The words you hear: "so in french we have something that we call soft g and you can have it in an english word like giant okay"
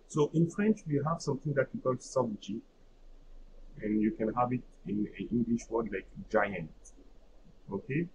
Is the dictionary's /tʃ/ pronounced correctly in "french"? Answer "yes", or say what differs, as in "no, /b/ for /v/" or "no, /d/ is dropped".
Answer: yes